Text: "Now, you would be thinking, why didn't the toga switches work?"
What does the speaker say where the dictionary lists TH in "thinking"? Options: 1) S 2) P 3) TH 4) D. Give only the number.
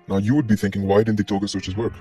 3